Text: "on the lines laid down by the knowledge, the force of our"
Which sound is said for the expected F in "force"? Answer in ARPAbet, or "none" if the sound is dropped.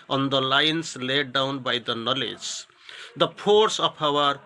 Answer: P